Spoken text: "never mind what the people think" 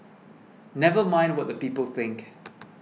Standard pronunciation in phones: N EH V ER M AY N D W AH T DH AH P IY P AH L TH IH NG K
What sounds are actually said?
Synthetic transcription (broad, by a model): N EH V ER M AY N D W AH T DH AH P IY P AH L TH IH NG K